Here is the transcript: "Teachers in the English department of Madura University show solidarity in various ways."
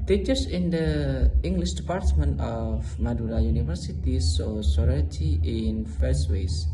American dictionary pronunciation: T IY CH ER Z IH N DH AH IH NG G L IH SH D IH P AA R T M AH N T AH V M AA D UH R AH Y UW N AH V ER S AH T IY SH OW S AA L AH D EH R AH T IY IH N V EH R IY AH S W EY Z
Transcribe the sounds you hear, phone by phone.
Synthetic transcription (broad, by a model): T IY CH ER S IH N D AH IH NG G L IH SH D IH P AA R T M AH N T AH F M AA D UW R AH Y UW N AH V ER S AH T IY S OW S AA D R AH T IY IH N F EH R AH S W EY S